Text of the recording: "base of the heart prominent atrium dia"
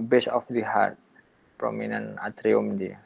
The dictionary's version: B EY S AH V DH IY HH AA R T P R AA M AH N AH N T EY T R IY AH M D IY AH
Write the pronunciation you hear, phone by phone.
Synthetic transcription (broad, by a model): B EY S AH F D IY HH AA R T P R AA M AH N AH N AA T R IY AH M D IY